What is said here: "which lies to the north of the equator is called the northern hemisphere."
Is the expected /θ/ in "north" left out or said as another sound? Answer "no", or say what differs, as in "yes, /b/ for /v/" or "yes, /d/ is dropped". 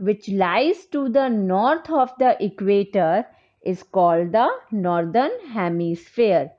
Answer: yes, /t/ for /θ/